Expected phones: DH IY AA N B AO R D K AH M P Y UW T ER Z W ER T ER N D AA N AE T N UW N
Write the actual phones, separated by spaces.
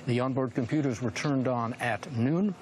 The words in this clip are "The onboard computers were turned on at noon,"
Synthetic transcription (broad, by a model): DH IY AA N B AO R D K AH M P Y UW T ER Z W ER T ER N D N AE T N UW N